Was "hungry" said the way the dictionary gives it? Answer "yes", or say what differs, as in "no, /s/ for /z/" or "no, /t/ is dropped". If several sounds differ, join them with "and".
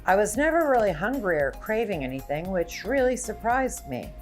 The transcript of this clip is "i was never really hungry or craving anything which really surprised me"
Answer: yes